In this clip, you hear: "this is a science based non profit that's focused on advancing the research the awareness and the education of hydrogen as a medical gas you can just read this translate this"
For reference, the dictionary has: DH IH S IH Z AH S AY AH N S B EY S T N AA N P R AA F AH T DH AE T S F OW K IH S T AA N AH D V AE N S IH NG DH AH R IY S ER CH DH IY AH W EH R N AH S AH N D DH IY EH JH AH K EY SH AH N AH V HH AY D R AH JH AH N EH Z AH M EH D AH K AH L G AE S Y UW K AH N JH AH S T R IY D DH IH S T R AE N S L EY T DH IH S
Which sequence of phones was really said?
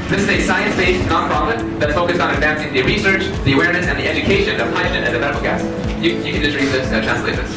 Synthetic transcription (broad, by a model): DH IH S IH Z AH S AY AH N S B EY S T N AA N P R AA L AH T DH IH T F OW K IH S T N AH D V AE N S IH NG DH AH R IY S ER CH DH IY AH W EH R N AH S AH N DH IY EH JH AH K EY SH AH N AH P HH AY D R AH SH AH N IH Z AH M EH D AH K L G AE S Y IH K AH N JH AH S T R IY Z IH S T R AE N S L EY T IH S